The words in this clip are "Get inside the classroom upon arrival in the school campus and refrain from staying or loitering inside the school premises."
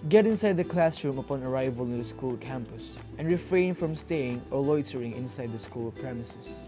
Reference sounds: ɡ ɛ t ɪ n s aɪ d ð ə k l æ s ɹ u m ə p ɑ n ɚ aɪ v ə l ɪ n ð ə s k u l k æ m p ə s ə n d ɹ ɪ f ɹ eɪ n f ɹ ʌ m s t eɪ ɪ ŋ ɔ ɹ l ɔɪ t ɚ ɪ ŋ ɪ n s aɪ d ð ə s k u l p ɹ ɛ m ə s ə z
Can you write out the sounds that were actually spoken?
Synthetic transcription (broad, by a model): ɡ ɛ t ɪ n s aɪ d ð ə k l æ s ɹ u m ə p ɑ n ɚ aɪ v ə l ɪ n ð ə s k u l k æ m p ə s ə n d ɹ ɪ f ɹ eɪ n f ɹ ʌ m s t eɪ ɪ ŋ ɔ ɹ l ɔɪ t ɚ ɪ ŋ ɪ n s aɪ d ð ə s k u l p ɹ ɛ m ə s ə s